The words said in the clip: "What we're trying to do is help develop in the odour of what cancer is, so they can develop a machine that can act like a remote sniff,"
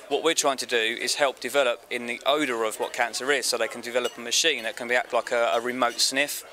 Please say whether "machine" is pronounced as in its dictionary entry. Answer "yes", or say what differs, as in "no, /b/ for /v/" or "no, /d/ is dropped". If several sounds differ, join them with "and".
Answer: yes